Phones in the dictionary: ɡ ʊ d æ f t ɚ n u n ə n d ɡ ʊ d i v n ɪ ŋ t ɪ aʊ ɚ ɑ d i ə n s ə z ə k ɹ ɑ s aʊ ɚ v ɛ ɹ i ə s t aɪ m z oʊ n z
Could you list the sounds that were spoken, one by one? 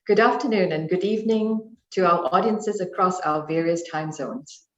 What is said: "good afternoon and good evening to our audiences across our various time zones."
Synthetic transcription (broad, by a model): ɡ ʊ d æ f t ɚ n u n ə n ɡ ʊ d i v n ɪ ŋ t ɪ aʊ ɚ ɑ d i ə n s ə z ə k ɹ ɑ s aʊ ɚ v ɛ ɹ i ə s t aɪ m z oʊ n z